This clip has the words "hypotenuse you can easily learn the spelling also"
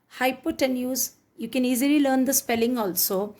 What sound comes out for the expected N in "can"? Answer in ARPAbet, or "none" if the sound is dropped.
N